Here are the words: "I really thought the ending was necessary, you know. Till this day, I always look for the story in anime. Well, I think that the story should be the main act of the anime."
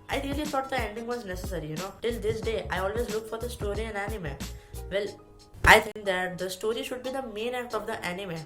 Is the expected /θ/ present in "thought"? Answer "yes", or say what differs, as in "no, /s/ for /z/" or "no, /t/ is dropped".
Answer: no, /t/ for /θ/